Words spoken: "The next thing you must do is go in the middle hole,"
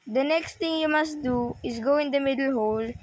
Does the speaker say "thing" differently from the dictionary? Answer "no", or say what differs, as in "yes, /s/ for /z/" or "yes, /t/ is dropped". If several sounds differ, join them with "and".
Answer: yes, /t/ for /θ/